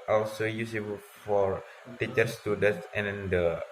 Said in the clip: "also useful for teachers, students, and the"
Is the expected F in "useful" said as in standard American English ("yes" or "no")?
no